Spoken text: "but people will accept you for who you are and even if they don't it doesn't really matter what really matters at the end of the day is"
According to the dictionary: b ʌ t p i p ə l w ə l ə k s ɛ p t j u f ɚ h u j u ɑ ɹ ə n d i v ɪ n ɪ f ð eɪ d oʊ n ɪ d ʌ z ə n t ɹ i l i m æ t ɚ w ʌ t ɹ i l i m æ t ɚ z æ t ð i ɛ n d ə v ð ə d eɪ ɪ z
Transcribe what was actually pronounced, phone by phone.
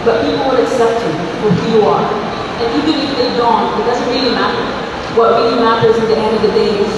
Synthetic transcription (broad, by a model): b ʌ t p i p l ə n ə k s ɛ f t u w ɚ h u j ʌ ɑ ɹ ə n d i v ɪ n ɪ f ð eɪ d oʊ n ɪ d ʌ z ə n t ɹ i l i m æ t ɚ w ʌ t ɹ i l i m æ t ɚ z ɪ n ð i ɛ n d ə v ð ə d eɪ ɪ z